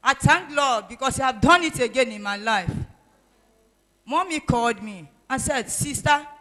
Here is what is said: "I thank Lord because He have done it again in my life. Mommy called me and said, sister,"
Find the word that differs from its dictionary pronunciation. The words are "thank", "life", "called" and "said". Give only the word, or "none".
thank